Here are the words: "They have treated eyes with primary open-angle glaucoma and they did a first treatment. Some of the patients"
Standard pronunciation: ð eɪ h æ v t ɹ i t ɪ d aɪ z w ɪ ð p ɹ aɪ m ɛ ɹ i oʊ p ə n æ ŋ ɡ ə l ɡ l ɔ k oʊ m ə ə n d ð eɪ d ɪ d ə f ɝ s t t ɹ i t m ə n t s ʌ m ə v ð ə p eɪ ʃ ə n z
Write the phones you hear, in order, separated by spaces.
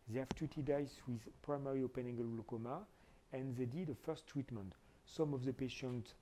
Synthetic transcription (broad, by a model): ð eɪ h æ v t i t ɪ d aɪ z w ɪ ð p ɹ aɪ m ɛ ɹ i oʊ p ə n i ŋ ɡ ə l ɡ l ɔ k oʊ m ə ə n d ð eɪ d ɪ d ə f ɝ s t t ɹ i t m ə n t s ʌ m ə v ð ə p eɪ ʃ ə n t